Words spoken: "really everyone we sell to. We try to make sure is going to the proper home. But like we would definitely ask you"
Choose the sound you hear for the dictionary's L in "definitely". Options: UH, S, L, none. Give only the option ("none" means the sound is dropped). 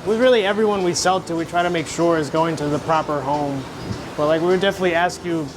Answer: L